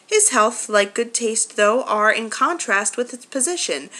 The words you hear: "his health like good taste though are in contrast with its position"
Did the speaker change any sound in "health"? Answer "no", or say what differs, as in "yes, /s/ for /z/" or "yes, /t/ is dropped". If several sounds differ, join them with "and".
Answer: no